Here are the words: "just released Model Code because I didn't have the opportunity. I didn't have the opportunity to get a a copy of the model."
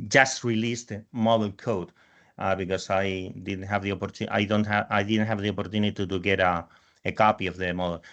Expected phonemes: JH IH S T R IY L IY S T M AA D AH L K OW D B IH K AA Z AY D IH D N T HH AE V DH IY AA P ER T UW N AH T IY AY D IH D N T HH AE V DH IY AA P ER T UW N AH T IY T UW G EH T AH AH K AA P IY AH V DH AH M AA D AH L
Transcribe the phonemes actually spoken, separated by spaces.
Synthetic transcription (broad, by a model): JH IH S T R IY L IY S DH M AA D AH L K OW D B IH K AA S AY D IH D N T HH AE V DH IY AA P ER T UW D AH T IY AY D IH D N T HH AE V DH IY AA P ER T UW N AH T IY T UW G EH T AH AH K AA P IY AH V DH AH M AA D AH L